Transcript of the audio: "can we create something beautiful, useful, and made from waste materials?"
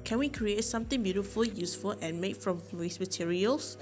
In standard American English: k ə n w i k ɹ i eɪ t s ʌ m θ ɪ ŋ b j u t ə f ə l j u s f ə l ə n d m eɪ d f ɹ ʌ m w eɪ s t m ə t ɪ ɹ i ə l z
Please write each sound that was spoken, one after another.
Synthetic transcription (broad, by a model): k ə n w i k ɹ i eɪ t s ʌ m t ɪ ŋ b j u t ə f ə l j u s f ə l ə n m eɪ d f ɹ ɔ m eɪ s m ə t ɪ ɹ i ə l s